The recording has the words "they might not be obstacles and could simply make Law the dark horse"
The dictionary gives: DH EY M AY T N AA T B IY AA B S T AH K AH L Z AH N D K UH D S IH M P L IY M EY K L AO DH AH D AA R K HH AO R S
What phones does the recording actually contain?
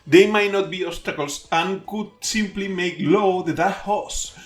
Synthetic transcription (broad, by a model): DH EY M AY T N AA T B IY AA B S T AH K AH L S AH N K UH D S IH M P L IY M EY K L AO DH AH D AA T HH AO S